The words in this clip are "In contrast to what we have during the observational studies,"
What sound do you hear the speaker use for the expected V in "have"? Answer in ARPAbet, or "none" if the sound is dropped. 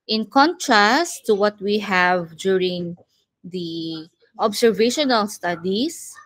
V